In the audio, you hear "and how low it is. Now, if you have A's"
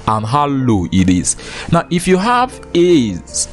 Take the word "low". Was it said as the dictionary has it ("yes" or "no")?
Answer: yes